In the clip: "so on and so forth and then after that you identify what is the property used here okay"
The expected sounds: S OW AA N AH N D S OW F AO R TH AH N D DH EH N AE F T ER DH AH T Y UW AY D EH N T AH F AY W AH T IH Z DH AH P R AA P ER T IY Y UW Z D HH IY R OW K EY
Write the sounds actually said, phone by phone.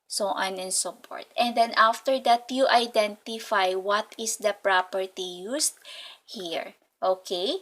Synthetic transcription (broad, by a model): S OW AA N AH N S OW P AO R T AH N D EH N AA F T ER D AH T Y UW AY D EH N T AH F AY W AH T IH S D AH P R AA P ER T IY Y UW S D HH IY R OW K EY